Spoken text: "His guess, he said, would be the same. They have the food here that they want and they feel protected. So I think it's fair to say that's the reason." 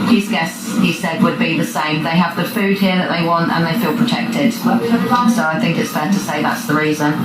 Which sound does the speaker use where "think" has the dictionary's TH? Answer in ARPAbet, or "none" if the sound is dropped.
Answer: TH